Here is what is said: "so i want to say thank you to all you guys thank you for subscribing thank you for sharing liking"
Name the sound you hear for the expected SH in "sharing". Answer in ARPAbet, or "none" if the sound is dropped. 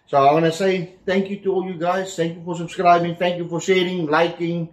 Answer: S